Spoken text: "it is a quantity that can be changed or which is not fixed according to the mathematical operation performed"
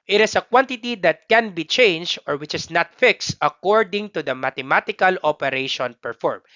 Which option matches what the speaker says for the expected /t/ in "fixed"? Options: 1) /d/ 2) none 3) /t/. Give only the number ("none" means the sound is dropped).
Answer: 3